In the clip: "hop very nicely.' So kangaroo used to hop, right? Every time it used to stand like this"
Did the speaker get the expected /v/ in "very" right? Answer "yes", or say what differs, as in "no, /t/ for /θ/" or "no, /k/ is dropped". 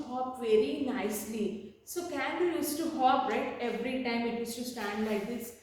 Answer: yes